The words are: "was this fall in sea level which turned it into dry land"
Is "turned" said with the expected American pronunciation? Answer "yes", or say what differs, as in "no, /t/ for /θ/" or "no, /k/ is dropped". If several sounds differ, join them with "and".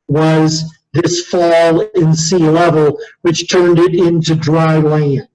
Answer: yes